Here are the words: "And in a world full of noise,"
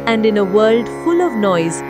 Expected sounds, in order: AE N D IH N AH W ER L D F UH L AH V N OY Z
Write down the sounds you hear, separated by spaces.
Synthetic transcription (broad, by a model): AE N D IH N AH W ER L D F UH L AH V N OY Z